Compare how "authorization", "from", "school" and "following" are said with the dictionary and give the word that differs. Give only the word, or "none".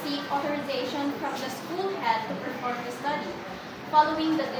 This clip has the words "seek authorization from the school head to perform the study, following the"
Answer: authorization